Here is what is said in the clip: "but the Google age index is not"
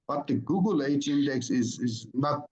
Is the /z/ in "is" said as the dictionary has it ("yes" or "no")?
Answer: yes